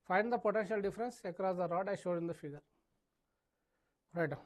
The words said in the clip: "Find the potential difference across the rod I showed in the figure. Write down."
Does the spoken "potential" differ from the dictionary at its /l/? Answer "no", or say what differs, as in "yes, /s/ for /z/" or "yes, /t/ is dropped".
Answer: no